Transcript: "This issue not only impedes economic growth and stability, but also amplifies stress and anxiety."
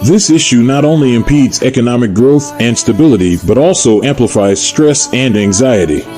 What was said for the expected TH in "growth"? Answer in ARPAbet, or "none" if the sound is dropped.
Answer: TH